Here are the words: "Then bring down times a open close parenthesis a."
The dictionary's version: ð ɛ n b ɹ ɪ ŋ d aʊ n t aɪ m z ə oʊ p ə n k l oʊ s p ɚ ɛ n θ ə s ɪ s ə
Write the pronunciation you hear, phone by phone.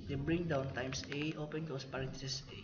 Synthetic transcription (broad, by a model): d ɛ b ɹ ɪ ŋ d aʊ n t aɪ m s ə oʊ p ə n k oʊ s p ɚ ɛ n t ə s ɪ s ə